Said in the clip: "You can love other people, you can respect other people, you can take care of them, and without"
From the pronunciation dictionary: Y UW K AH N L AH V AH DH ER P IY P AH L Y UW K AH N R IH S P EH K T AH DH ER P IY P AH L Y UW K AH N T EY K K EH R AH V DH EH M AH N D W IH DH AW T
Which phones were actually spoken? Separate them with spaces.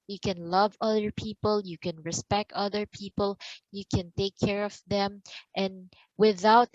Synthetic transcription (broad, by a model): Y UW K AH N L AH V AH DH ER P IY P AH L Y UW K AH N R IH S P EH K T AH DH ER P IY P AH L Y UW K AH N T EY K K EH R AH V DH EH M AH N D W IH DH AW T